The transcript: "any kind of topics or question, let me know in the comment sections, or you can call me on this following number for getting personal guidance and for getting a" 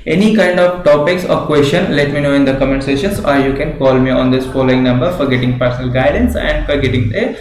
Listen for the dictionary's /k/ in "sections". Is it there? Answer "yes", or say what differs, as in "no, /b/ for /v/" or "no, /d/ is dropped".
no, /k/ is dropped